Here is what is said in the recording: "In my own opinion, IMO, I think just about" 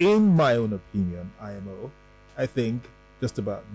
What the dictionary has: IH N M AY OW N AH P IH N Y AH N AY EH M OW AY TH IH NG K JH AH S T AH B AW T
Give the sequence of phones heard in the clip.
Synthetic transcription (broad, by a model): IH N M AY OW N AH P IH N Y AH N AY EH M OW AY TH IH NG K JH AH S T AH B AW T